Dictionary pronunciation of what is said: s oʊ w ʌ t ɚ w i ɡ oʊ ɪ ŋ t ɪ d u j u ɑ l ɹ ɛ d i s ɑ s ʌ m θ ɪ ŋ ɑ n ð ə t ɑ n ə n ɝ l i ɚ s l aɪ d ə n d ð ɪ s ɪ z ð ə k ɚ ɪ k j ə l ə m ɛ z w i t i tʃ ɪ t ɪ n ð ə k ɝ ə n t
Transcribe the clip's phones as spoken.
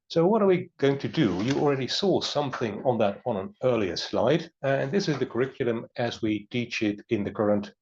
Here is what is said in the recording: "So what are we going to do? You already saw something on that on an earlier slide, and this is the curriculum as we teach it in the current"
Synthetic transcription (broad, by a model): s oʊ w ʌ t ɚ w i ɡ oʊ ɪ ŋ t ɪ d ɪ j ɑ l ɹ ɛ d i s ɑ s ʌ m θ ɪ ŋ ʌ n ð ə t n ə n ɝ l i ɚ s l aɪ d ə n ð ɪ s ɪ z ð ə k ɚ ɪ k j l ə m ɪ z w i t i tʃ ɪ t ɪ n ð ə k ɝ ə n t